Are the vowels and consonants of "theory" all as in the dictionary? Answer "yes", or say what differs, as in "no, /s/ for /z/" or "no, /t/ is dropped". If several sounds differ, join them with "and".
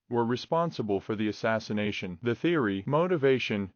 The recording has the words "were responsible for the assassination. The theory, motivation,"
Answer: yes